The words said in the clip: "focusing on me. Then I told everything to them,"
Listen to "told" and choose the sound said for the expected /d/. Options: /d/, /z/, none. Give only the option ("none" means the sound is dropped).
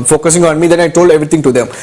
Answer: /d/